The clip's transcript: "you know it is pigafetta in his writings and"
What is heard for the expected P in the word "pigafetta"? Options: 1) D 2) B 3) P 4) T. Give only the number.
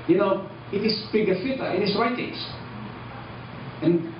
2